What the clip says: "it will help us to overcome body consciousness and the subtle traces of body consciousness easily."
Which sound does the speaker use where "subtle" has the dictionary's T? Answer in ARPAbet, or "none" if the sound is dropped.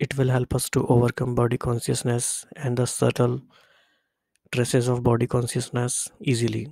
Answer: T